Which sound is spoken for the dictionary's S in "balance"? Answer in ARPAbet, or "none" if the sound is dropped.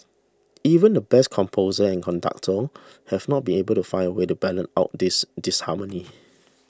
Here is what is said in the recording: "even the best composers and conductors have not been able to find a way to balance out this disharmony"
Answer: none